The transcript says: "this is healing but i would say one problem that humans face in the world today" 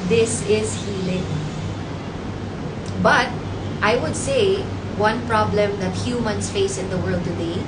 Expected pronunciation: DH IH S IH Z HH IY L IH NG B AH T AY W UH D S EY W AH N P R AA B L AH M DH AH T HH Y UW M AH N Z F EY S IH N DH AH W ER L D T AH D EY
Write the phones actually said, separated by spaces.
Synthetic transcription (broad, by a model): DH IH S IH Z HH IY L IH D B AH T AY W UH D S EY W AH N P R AA B L AH M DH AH T HH Y UW M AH N S F EY S IH N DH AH W ER L D T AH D EY